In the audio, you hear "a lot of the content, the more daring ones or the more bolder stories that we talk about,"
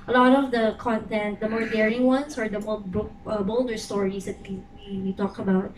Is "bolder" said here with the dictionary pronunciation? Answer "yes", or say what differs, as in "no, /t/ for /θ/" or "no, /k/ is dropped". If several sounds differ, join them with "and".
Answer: yes